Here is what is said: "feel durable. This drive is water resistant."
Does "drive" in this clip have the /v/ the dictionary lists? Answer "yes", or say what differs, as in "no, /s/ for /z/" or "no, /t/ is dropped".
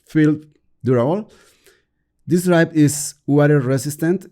no, /p/ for /v/